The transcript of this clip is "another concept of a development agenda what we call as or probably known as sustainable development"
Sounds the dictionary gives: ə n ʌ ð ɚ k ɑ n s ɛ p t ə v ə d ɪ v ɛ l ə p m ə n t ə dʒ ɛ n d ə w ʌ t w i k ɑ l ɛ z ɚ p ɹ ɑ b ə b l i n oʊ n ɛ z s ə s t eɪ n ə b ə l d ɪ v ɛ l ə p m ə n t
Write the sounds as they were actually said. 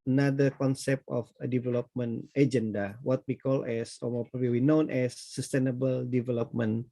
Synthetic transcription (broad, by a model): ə n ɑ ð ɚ k ɑ n s ɛ p t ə f ə d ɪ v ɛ l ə p m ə n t ə dʒ ɛ n d ə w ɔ t w i k ɑ l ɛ s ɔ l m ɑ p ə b w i n oʊ n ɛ s ə s t eɪ n ə b ə l d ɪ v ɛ l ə p m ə n